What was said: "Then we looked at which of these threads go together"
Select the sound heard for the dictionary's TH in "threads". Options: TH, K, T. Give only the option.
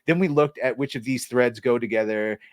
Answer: TH